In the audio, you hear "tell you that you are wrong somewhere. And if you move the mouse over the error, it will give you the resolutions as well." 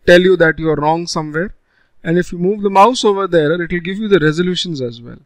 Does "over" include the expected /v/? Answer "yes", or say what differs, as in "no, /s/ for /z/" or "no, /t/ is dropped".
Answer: yes